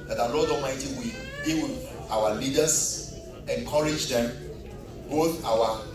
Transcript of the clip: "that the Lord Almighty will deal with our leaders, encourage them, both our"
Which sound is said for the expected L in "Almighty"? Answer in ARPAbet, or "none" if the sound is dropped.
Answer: none